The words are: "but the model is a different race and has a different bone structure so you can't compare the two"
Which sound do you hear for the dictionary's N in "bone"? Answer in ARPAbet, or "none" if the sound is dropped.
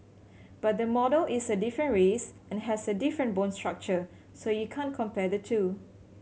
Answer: N